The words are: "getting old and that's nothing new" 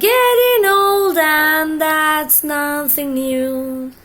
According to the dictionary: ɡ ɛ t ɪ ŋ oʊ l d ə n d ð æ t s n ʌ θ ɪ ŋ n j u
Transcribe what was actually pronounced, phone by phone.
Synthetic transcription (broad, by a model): ɛ t ɪ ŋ oʊ l d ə n ð æ t s n ʌ θ ɪ ŋ n j u